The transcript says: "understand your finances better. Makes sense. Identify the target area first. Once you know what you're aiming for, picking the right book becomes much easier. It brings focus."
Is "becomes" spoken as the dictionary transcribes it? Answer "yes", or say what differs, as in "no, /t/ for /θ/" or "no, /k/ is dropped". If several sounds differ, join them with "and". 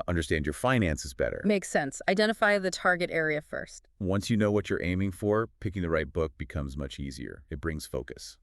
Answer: yes